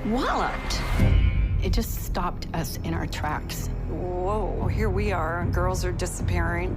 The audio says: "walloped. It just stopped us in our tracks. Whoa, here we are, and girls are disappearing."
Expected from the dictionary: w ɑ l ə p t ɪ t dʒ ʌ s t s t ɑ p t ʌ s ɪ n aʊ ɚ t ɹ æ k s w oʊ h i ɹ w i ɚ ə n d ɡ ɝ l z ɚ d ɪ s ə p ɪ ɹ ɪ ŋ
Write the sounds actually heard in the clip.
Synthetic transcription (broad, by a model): w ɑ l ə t ɪ t dʒ ʌ s t s t ɑ p t ʌ s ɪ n aʊ ɚ t ɹ æ k s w oʊ h i ɹ w i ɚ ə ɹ ɡ ɝ l z ɚ d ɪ s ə p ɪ ɹ ɪ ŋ